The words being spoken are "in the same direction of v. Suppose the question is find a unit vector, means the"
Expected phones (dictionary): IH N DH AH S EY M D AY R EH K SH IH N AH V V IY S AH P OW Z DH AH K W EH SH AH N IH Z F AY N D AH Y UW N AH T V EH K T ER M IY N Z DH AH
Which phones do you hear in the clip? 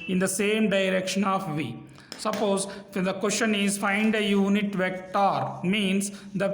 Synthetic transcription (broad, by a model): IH N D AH S EY M D AY R EH K SH IH N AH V V IY S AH P OW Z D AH K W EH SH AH N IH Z F AY N D AH Y UW N AH T V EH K T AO M IY N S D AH